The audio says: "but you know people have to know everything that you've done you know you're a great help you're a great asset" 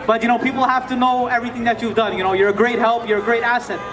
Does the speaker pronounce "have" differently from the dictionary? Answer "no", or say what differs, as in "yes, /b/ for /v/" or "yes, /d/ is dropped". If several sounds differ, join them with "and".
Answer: yes, /f/ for /v/